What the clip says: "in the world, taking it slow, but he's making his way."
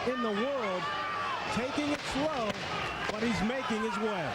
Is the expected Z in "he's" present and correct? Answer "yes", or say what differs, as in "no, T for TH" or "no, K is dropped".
yes